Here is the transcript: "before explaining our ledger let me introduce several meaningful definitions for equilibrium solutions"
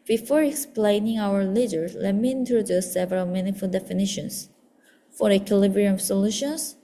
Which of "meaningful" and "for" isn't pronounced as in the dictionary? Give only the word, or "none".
meaningful